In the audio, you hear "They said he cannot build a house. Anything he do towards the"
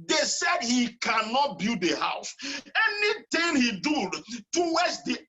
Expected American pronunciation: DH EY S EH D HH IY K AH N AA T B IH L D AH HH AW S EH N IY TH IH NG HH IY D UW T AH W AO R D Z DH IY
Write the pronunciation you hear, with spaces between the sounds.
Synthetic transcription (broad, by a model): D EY S EH D HH IY K AH N AA T B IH D AH HH AW S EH N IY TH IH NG HH IY D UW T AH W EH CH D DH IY